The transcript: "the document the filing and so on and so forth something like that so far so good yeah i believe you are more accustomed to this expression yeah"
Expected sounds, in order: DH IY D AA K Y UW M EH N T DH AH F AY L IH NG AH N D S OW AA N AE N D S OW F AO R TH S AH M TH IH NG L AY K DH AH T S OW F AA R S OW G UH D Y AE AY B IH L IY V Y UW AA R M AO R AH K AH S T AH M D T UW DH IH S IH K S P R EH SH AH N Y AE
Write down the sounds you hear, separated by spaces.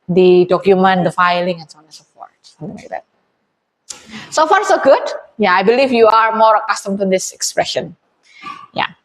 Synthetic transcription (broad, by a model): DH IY D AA K Y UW M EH N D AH F AY L IH NG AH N S OW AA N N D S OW P AO R T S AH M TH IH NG L AY K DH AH T S OW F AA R S OW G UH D Y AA AY B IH L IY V Y UW AA R M AO R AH K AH S T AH M T UW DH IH S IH K S P R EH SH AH N Y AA